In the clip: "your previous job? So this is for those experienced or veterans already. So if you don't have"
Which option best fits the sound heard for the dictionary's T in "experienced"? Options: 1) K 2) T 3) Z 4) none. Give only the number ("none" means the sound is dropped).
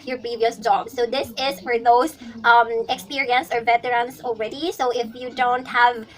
4